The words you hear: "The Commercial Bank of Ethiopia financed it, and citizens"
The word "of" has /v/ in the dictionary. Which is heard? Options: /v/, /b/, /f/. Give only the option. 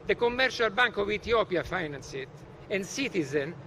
/v/